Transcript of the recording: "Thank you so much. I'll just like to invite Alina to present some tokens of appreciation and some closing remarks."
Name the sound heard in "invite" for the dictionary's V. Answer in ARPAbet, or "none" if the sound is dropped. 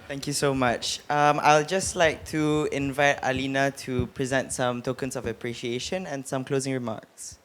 V